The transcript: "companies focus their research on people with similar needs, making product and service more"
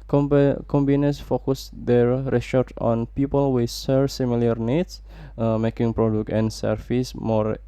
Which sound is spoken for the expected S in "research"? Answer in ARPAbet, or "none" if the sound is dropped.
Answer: SH